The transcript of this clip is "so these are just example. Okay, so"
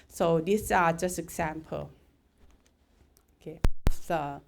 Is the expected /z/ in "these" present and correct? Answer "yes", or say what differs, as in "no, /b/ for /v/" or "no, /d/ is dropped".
no, /s/ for /z/